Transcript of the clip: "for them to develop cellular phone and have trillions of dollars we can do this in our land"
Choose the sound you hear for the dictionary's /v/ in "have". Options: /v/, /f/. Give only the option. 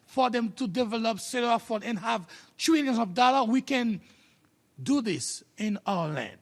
/v/